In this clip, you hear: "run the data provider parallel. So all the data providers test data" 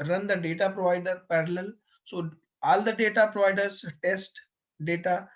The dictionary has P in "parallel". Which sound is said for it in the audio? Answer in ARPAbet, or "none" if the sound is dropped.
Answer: P